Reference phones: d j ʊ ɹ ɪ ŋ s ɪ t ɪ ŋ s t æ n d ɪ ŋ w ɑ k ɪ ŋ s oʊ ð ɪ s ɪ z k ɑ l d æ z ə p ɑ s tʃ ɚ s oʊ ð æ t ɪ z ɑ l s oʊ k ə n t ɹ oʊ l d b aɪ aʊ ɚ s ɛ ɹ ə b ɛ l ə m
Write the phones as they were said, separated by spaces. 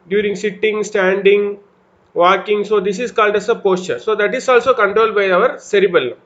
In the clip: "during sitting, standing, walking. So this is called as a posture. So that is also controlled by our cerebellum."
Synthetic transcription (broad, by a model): d j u ɹ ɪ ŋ s ɪ t ɪ ŋ s t æ n d ɪ ŋ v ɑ k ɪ ŋ s oʊ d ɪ s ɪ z k ɑ l d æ s ə p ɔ s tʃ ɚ s oʊ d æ t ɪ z ɑ l s oʊ k ə n t ɹ oʊ l d b aɪ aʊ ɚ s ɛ ɹ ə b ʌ l